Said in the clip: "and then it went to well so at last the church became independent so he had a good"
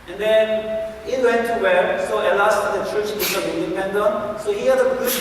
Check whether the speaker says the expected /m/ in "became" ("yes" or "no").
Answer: no